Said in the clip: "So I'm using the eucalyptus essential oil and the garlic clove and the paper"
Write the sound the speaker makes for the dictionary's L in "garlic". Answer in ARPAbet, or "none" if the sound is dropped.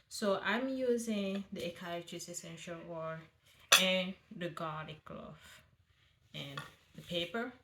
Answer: none